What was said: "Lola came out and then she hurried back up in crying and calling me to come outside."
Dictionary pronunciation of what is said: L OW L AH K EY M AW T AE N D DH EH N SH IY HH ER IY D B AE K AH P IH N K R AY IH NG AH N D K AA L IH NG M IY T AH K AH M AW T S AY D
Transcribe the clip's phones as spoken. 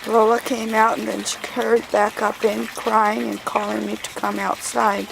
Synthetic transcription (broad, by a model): L OW L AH K EY M AW T N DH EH N SH IY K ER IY D B AE K AH P IH N K R AY IH NG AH N K AA L IH NG M IY T AH K AH M AW T S AY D